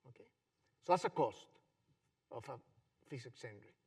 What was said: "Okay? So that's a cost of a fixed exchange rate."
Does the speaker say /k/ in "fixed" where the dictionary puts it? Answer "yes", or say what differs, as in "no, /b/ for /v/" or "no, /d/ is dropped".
no, /k/ is dropped